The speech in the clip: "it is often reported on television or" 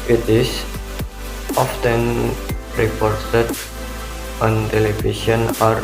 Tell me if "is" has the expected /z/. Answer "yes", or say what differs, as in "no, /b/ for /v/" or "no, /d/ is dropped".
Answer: no, /s/ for /z/